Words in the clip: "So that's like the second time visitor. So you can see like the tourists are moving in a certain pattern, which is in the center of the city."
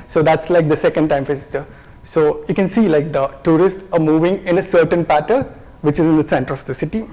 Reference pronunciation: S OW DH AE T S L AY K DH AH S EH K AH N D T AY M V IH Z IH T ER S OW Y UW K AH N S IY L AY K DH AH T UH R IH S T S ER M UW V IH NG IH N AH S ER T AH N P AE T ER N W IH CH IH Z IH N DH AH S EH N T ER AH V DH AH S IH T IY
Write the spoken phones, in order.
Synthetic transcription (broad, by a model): S OW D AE T S L AY K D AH S EH K AH N D T AY M F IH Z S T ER S OW Y UW K AH N S IY L AY K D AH T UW R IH S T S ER M UW V IH NG IH N AH S ER T AH N P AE T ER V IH CH IH Z IH N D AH S EH N T ER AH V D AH S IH T IY